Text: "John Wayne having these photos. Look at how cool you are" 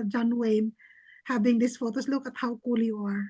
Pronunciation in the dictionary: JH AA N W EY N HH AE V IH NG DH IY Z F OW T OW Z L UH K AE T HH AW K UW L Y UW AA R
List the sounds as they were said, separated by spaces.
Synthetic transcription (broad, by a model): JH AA N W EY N HH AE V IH NG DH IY S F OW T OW S L UH K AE T HH AW K UW L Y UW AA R